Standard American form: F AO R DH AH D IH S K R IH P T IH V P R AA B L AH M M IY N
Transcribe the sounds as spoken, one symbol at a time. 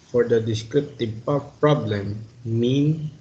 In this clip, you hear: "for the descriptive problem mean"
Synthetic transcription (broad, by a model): F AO R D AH D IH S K R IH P T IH P P R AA B L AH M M IY N